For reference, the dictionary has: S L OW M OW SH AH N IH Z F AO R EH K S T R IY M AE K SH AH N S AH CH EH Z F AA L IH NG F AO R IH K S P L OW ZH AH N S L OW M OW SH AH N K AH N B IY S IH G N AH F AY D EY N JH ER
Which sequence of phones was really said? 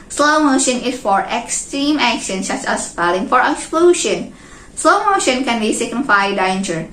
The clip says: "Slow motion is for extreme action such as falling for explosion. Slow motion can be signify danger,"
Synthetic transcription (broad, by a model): S L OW M OW SH AH N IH S F AO R EH K S T R IY M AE K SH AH N S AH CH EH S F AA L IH NG F AO R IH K S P L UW SH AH N S L OW M OW SH AH N K AH N B IY S IH G N AH F AY D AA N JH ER